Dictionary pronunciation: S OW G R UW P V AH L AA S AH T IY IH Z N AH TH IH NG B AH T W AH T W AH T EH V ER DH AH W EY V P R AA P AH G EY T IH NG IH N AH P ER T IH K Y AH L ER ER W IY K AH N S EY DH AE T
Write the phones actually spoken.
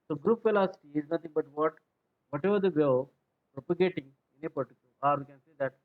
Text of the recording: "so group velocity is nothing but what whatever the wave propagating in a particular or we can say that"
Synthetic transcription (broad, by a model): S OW G R UW P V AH L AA S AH T IY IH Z N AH T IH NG B AH T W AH T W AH T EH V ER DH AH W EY P R AA P AH G EY T IH NG IH N AH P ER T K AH ER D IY K AH N S EY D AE T